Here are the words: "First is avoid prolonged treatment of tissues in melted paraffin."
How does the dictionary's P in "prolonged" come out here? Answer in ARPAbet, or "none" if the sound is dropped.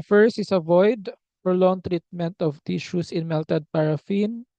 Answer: F